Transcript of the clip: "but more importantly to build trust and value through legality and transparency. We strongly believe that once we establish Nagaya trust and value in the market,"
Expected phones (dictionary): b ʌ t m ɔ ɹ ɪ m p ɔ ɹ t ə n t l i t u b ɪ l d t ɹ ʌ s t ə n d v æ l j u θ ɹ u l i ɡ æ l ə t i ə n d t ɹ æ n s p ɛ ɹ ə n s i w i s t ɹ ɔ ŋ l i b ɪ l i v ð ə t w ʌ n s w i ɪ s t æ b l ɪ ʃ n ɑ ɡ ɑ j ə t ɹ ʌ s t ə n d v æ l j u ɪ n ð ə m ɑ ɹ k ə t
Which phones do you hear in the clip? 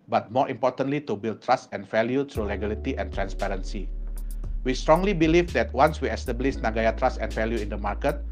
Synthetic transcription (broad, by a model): b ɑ t m ɔ ɹ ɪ m p ɔ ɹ t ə n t l i t u b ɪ l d t ɹ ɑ s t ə n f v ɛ l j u t ɹ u l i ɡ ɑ l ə t i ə n t ɹ æ n s p ɛ ɹ ə n s i w i s t ɹ ɔ ŋ l i b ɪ l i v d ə t w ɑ n s w i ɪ s t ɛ b l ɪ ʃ n ɑ ɡ ɑ j ə t ɹ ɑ s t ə n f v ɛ l j u ɪ n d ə m ɑ ɹ k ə t